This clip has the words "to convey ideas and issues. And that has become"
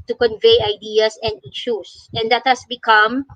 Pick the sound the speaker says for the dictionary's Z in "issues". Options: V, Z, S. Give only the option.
S